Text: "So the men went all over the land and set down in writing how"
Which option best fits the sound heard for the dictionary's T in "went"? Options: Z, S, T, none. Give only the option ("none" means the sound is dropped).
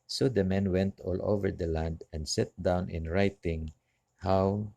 T